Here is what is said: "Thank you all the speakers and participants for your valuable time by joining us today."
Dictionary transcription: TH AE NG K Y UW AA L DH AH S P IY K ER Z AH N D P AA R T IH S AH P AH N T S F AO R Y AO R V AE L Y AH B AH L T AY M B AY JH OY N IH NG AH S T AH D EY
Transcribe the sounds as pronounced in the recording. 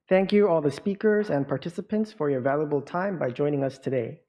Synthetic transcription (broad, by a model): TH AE NG K Y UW AA L DH AH S P IY K ER Z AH N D P AA R T IH S AH P AH N T S F AO R Y AO R V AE L Y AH B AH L T AY M B AY JH OY N IH NG AH S T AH D EY